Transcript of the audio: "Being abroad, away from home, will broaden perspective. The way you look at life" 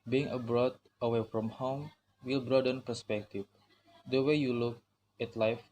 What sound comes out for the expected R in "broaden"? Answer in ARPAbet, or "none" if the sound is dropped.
R